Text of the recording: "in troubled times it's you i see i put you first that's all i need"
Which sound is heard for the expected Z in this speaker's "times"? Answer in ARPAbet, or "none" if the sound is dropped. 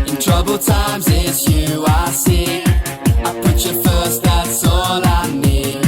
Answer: Z